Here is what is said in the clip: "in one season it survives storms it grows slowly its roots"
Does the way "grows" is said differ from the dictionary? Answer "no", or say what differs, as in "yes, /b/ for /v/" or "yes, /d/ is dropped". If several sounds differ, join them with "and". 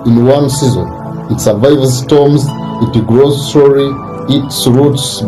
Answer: no